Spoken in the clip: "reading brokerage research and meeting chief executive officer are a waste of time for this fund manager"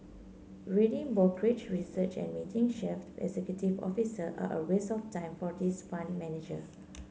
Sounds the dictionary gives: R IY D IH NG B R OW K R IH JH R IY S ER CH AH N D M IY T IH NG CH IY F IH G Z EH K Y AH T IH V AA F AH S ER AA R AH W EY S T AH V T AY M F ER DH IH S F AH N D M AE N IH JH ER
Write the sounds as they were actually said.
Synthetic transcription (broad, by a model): R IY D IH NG B OW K R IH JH R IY S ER CH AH N M IY T IH NG SH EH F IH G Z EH K Y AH T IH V AA F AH S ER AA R AH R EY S AH F T AY M F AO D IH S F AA N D M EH N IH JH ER